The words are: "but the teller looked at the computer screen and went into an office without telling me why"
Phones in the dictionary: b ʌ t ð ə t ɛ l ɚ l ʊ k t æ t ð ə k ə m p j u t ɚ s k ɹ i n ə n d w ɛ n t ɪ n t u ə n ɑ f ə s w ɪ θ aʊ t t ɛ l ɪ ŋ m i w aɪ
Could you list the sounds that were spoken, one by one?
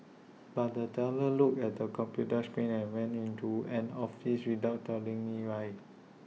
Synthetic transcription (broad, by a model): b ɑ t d ə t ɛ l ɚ l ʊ k ɛ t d ə k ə m p j u t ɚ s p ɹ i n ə n w ɛ n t ɪ n t u ə n ɑ f ə s w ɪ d aʊ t t ɛ l ɪ ŋ m i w aɪ